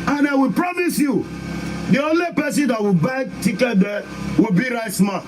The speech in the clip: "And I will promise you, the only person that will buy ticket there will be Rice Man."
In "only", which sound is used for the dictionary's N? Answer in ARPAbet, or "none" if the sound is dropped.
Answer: N